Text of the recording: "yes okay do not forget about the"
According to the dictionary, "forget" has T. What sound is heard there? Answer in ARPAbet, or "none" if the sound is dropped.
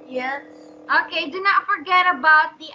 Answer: T